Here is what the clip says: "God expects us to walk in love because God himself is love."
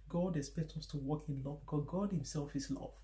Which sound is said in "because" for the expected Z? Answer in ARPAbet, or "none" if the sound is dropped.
none